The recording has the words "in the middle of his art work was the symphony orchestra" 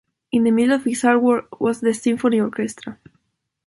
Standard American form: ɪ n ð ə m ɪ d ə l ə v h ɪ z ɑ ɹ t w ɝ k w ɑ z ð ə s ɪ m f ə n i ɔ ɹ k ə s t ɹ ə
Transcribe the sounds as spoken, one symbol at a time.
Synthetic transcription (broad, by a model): ɪ n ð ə m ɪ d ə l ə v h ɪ s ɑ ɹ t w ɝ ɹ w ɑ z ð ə s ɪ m f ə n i ɔ ɹ k ə s t ɹ ə